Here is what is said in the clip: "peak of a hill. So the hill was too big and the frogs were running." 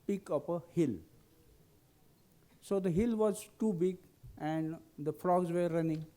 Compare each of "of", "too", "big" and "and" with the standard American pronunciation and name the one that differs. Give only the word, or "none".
of